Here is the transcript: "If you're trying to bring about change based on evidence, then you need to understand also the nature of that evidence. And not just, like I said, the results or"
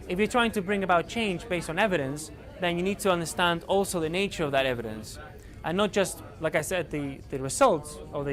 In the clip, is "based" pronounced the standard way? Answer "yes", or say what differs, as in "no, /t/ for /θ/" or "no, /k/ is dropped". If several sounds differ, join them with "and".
yes